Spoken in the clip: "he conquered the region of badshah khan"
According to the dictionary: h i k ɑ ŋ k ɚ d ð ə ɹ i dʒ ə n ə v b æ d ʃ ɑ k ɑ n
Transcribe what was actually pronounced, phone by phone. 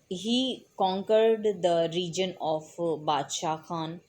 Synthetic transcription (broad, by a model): h i k ɑ ŋ k ɚ d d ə ɹ i dʒ ə n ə f b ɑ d ʃ ɑ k ɑ n